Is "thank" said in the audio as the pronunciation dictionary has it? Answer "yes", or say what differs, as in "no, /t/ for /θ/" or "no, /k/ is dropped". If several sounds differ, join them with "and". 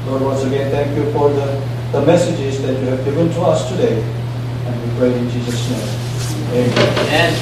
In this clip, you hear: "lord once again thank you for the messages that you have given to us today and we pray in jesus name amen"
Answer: no, /t/ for /θ/